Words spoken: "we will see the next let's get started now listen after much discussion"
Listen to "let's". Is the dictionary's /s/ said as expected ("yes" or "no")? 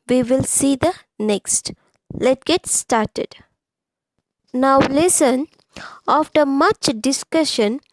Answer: no